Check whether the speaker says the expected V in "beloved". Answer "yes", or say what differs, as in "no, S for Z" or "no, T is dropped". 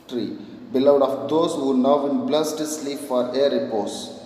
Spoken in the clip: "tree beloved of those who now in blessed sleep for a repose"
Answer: no, V is dropped